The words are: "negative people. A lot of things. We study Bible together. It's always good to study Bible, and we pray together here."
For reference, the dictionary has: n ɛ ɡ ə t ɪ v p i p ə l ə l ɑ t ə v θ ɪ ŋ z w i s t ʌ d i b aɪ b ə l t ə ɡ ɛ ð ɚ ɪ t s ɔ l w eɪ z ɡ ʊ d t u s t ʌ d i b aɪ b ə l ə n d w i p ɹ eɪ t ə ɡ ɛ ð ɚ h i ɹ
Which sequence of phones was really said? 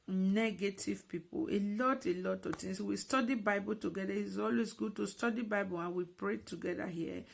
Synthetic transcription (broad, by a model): n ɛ ɡ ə t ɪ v p i p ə l ə l ɑ t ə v t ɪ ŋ s w i s t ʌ d i b aɪ b ə l t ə ɡ ɛ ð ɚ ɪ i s ɔ l w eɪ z ɡ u d t u s t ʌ d i b aɪ b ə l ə n w i p ɹ eɪ t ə ɡ ɛ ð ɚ h i